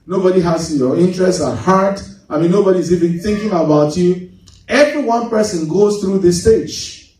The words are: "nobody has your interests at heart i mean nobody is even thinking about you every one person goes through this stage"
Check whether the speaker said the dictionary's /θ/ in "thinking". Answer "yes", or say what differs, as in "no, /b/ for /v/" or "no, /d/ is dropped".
yes